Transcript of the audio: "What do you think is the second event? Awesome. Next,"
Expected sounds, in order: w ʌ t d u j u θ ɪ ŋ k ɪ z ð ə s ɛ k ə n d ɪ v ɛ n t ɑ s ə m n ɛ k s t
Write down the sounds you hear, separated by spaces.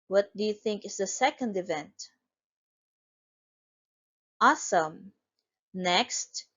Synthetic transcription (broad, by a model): w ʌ t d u j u θ ɪ ŋ k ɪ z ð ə s ɛ k ə n d ɪ v ɛ n t ɑ s ə m n ɛ k s t